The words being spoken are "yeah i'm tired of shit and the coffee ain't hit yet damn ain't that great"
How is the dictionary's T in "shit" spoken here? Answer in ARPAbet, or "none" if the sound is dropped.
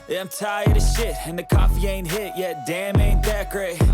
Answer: T